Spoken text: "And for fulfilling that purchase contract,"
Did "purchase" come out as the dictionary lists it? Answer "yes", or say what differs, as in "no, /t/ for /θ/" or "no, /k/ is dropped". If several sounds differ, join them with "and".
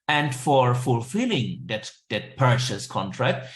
no, /ʃ/ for /tʃ/